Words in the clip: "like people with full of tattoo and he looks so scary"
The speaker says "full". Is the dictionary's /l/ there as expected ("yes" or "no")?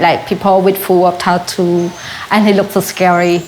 no